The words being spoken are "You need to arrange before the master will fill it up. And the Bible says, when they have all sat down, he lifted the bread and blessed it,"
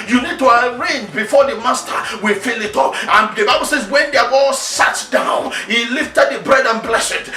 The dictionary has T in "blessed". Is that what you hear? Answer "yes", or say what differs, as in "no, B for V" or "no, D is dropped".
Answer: no, T is dropped